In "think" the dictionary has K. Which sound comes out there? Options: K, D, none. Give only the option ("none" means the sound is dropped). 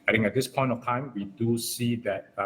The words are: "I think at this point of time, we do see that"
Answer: none